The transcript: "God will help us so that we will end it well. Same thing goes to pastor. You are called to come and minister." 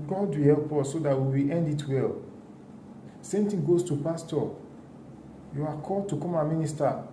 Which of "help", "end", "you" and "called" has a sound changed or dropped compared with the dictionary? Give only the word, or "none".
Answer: none